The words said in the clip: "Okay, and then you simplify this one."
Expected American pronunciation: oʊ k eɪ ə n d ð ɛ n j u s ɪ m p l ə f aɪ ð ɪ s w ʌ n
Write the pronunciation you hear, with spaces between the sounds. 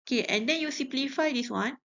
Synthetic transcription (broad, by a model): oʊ k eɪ ə n d ɛ n j u s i p l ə f aɪ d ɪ s w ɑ n